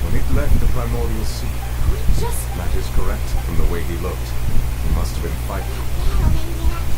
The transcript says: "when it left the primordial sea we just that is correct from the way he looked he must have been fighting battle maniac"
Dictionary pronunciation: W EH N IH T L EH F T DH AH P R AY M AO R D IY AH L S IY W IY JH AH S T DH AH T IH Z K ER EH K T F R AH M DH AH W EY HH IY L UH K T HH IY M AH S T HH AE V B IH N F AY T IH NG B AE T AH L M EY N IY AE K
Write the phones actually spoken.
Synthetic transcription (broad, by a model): W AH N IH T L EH T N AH P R AY M AO R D IY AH L S IY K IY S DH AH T IH Z K ER EH K T F R AH M DH AH W EY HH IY L UH K T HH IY M AH S T HH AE V B IH N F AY IH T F